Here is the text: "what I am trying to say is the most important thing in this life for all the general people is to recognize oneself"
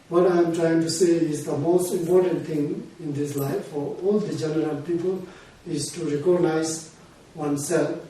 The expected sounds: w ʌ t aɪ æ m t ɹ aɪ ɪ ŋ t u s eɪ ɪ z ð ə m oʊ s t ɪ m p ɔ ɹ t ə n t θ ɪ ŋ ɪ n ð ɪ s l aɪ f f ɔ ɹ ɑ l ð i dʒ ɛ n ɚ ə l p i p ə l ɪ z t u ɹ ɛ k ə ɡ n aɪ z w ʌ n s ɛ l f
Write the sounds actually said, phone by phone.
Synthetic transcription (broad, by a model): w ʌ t aɪ m t ɹ aɪ ɪ ŋ t u s eɪ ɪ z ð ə m oʊ s t ɪ m p ɔ ɹ t ə n t t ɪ ŋ ɪ n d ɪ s l aɪ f f ɔ ɹ ɑ l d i dʒ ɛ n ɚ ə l p i p ə l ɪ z t u ɹ ɛ k ə ɡ n aɪ z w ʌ n s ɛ l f